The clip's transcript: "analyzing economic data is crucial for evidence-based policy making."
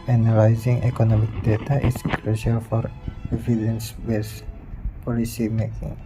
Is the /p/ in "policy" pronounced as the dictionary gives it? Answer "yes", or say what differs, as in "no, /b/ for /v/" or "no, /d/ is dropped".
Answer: yes